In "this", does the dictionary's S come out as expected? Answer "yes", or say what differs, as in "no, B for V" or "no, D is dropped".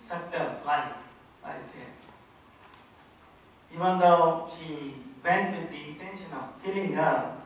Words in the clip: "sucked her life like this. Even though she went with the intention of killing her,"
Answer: no, S is dropped